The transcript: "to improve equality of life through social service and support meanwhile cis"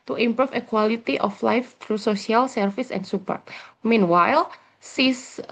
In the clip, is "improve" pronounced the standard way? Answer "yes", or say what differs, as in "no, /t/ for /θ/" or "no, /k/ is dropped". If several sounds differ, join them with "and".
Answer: no, /f/ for /v/